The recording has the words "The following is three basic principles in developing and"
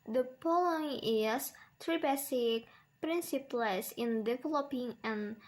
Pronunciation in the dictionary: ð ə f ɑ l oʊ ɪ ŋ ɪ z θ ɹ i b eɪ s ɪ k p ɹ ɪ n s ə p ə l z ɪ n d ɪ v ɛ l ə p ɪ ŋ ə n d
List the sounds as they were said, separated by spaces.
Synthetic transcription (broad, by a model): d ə p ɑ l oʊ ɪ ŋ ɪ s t ɹ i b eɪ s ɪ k p ɹ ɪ n s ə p l s ɪ n d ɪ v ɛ l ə p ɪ ŋ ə n